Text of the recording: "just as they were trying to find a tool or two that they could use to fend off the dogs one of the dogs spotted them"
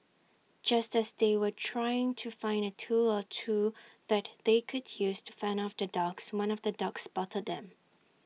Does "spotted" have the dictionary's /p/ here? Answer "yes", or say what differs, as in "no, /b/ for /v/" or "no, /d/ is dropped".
no, /b/ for /p/